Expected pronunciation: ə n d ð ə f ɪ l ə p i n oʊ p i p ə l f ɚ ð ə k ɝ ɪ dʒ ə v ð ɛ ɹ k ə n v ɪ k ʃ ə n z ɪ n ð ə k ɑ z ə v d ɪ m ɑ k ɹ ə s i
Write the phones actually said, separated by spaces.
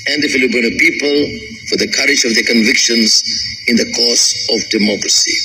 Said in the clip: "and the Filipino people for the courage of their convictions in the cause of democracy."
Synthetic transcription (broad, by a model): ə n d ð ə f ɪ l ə b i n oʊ p i p ə l f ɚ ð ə k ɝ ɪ dʒ ə v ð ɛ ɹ k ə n v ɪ k ʃ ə n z ɪ n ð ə k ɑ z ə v d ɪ m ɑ k ɹ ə s i